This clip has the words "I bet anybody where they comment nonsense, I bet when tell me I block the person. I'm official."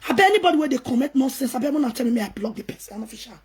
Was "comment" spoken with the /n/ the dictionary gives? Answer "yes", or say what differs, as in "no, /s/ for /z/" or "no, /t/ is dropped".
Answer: no, /n/ is dropped